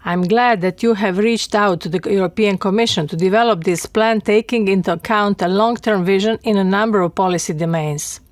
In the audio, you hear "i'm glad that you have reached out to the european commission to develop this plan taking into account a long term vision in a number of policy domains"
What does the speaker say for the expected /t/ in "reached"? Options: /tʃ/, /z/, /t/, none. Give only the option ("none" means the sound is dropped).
/t/